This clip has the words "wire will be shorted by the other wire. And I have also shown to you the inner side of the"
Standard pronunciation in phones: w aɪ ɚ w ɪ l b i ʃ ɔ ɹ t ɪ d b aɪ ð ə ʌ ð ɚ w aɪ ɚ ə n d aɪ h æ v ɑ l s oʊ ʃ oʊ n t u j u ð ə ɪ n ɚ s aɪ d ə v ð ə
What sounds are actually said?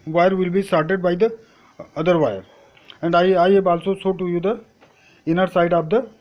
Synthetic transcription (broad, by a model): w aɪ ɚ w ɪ l b i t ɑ ɹ t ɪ d b aɪ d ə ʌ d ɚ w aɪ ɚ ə n d aɪ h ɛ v ɑ l s oʊ s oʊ t u j u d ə ɪ n ɚ s aɪ d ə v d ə